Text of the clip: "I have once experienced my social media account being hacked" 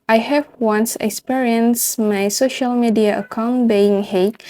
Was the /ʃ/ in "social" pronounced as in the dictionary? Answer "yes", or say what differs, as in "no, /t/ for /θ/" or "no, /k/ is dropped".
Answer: yes